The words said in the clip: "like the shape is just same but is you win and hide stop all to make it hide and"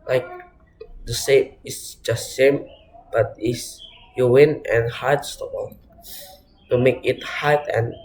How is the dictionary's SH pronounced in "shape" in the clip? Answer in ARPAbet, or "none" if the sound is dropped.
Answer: S